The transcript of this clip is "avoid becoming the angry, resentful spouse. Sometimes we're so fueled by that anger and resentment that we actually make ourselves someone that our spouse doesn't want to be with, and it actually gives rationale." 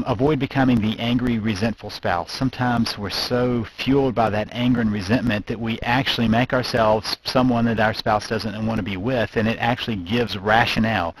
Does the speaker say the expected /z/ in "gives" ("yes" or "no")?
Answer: yes